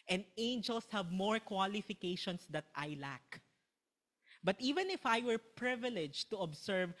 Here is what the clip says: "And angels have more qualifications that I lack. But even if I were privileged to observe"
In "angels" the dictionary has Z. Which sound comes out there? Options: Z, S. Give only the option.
S